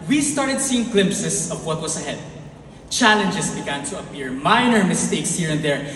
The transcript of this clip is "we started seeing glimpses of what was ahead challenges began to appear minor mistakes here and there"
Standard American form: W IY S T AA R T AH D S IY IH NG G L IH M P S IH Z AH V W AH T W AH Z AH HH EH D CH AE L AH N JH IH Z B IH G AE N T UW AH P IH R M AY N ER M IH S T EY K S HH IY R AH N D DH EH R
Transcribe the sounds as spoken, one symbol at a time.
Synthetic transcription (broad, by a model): W IY S T AA R T AH D S IY IH NG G L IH M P S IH S AH V W AH T W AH S AH HH EH D CH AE L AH N JH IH S B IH G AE N T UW AH P IH R M AY N ER M IH S T EY K S HH IY R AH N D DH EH R